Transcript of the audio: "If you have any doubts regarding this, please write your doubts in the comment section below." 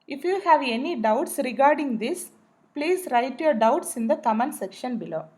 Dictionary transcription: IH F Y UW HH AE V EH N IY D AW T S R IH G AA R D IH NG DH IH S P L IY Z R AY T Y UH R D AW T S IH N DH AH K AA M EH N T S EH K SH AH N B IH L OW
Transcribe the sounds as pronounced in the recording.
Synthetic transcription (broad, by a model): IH F Y UW HH AE V EH N IY D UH T S R IH G AA R D IH NG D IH S P L IY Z R AY T Y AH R D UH T S IH N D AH K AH M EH N S EH K SH AH N B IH L OW